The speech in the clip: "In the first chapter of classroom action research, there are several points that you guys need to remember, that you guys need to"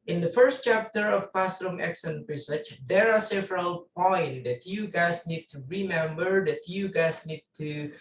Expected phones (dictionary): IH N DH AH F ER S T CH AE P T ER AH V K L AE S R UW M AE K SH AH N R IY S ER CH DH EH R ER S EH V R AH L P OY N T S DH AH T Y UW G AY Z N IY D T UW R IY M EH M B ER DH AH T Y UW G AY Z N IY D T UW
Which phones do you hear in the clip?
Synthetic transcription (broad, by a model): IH N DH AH F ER S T CH AE P T ER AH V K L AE S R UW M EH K S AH N R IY S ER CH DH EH R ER S EH V R AH L P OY N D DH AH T Y UW G AY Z N IY D T UW R IY M EH M B ER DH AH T Y UW G AY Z N IY D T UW